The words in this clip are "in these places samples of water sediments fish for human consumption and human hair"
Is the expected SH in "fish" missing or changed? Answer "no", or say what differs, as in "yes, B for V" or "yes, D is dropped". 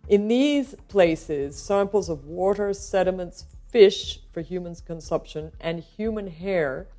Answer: no